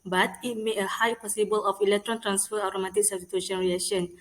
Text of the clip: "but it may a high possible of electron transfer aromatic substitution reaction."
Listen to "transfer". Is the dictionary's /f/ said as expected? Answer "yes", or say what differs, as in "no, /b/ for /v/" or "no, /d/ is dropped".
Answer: yes